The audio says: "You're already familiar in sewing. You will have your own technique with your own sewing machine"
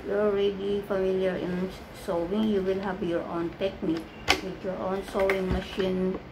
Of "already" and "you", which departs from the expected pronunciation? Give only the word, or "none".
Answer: none